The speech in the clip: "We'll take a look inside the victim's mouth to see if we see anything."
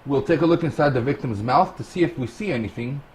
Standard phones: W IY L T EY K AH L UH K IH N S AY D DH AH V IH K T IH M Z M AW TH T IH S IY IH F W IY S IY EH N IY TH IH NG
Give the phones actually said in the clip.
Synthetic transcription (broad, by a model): W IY L T EY K AH L UH K IH N S AY D DH AH V IH K T IH M Z M AW TH T IH S IY IH F W IY S IY EH N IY TH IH NG